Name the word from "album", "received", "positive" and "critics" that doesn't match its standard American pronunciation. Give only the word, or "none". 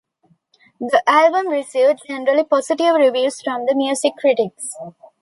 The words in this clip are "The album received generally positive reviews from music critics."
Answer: positive